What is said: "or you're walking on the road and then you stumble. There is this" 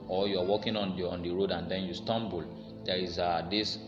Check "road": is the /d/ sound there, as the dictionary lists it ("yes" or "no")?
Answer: yes